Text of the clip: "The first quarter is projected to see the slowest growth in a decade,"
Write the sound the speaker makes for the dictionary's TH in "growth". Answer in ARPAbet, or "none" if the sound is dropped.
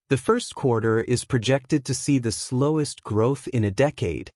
TH